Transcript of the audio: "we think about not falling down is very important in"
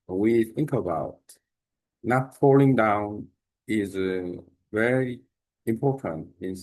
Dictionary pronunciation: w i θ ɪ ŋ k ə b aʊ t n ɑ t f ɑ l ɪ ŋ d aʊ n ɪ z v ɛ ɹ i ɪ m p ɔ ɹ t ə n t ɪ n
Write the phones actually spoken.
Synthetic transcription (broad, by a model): w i θ ɪ ŋ k ə b aʊ t n ɑ t f ɑ l ɪ ŋ d aʊ n ɪ z v ɛ ɹ i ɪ m p ɔ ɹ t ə n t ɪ n